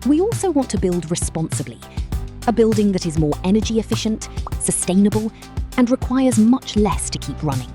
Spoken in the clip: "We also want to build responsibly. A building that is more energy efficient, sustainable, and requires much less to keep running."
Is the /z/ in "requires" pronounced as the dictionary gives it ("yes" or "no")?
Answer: yes